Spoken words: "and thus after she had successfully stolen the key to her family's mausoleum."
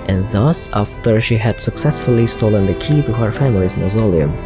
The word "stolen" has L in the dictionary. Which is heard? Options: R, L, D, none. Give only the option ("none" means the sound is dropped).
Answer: L